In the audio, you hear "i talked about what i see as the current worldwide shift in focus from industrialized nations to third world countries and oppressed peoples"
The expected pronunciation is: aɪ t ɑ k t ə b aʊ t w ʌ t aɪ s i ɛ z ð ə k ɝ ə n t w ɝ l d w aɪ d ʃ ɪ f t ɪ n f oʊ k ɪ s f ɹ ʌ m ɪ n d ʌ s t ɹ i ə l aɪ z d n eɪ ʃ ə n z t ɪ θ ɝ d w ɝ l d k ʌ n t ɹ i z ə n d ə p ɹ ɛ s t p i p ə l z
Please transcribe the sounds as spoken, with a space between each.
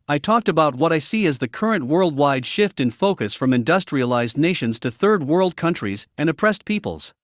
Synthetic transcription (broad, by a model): aɪ t ɑ k t ə b aʊ t w ʌ t aɪ s i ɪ z ð ə k ɝ ə n t w ɝ l d w aɪ d ʃ ɪ f t ɪ n f oʊ k ɪ s f ɹ ʌ m ɪ n d ʌ s t ɹ i ə l aɪ z d n eɪ ʃ ə n z t ɪ θ ɝ d w ɝ l d k ʌ n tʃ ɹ i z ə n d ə p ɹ ɛ s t p i p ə l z